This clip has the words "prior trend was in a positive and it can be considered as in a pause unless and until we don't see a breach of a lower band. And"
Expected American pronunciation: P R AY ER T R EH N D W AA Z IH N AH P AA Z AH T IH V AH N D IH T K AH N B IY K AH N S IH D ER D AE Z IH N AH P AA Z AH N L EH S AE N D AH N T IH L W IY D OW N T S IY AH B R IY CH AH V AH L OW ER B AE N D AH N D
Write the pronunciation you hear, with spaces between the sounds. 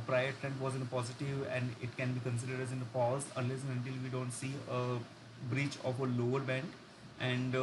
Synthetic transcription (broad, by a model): P R AY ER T R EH N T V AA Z IH N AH P AA Z AH T IH V AH N D IH T K AH N B IY K AH N S IH D ER D AE Z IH N AH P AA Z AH L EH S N AH N T IH L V IY D OW N T S IY AH B R IY CH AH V AH L OW ER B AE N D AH N D